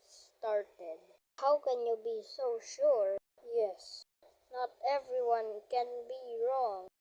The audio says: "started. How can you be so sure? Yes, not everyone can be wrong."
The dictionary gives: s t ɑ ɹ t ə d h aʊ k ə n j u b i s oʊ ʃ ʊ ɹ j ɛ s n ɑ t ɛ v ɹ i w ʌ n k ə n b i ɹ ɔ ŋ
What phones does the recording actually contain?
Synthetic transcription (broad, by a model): s t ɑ ɹ t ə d h aʊ k ə n j u b i s oʊ ʃ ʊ ɹ j ɛ s n ɑ t ɛ v ɹ i w ʌ n k ə n b i ɹ ɔ ŋ